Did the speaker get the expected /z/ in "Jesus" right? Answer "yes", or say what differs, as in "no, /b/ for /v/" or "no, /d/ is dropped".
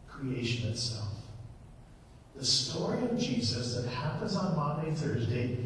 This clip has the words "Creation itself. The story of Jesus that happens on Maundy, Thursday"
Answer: yes